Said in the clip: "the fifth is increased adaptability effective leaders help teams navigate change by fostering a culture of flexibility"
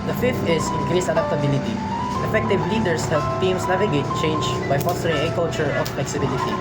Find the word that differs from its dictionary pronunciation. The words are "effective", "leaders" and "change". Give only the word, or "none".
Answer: leaders